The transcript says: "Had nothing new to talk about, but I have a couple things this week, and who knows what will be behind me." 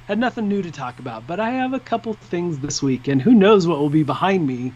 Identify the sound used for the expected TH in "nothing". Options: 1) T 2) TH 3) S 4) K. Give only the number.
2